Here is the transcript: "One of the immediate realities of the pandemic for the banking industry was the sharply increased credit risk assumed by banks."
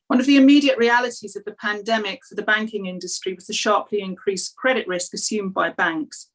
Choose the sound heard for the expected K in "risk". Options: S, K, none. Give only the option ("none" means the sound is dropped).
K